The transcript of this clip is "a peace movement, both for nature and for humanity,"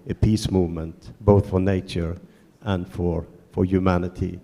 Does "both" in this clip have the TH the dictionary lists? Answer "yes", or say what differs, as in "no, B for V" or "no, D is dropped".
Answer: yes